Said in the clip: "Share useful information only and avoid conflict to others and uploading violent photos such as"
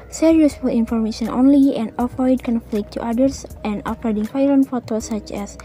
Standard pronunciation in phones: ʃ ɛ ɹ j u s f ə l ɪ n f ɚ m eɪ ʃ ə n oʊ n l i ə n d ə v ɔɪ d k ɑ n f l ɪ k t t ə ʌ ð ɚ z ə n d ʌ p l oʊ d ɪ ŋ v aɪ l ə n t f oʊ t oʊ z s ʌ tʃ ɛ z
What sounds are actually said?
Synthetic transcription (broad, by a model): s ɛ ɹ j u s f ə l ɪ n f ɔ m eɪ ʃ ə n oʊ n l i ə n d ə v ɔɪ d k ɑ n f l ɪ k t t ə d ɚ s ə n d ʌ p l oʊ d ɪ ŋ f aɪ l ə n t f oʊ t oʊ s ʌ tʃ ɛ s